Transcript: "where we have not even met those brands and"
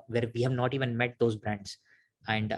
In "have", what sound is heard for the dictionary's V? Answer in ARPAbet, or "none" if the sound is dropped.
V